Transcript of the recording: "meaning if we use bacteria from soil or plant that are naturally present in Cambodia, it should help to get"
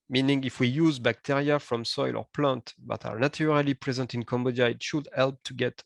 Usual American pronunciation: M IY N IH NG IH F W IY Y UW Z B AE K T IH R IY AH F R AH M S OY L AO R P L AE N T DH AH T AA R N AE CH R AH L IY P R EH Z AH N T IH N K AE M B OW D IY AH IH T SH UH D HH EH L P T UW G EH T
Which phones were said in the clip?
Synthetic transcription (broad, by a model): M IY N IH NG IH F W IY Y UW Z B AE K T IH R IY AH F R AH M S OY L AO R P L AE N T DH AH T AA R N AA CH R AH L IY P R EH Z AH N T IH N K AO M B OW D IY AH IH T SH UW D HH EH L P T UW G EH T